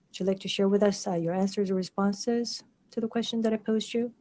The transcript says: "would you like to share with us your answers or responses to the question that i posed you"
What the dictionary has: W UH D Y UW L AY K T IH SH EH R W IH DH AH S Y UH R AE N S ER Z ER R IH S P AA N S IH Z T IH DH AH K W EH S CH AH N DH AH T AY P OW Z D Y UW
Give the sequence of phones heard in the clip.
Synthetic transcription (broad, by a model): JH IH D L AY K T IH SH EH R W IH DH AH S Y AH R AE N S ER Z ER R IH S P AA N S IH Z T IH DH AH K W EH S CH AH N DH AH T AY P OW Z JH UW